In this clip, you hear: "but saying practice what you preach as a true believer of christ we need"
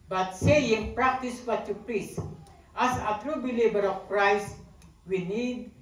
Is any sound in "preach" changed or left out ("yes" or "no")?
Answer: yes